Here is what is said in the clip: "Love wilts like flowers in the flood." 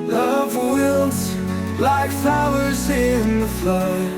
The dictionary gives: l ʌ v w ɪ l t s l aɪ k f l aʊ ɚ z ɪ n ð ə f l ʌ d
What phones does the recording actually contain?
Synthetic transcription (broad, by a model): l ʌ v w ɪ l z l aɪ k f aʊ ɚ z ɪ n ð ə f l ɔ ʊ